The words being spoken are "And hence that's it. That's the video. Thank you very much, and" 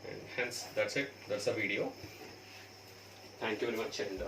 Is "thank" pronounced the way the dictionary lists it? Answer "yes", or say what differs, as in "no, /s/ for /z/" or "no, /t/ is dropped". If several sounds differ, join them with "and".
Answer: no, /t/ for /θ/